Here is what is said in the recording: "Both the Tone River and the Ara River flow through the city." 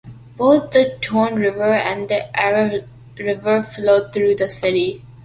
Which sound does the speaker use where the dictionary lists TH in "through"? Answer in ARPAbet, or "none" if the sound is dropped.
T